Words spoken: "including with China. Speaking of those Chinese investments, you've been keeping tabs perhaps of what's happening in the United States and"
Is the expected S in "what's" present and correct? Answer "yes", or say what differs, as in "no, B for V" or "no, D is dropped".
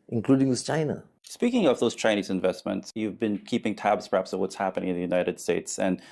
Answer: yes